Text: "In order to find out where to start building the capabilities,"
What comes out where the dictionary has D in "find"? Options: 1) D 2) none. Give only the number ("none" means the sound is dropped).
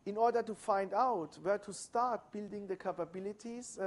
1